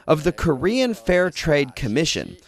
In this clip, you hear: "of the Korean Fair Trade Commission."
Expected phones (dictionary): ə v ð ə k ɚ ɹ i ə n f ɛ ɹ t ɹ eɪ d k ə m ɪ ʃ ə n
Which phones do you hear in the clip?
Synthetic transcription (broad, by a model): ə v ð ə k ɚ ɹ i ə n f ɛ ɹ t ɹ eɪ d k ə m ɪ ʃ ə n